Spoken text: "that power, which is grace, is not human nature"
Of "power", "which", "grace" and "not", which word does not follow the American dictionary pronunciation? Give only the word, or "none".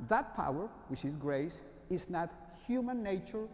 none